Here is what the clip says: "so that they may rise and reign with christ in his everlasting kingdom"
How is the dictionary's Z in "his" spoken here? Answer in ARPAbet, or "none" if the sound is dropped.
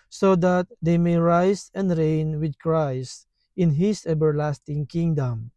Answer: S